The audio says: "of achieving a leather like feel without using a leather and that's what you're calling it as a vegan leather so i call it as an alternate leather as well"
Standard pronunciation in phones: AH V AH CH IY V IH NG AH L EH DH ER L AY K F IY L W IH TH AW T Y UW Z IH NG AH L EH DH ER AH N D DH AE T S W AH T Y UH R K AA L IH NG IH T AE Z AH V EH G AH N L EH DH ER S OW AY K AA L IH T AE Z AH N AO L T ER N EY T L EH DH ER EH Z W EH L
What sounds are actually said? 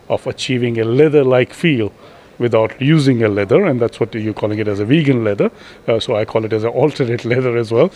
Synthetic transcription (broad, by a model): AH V AH CH IY V IH NG AH L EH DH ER L AY K F IY L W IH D AW T Y UW Z IH NG AH L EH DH ER AH N D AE T S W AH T Y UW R K AA L IH NG IH T AE Z AH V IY G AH N L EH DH ER S OW AY K AA L IH T AE Z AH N AO L T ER EY T L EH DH ER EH Z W EH L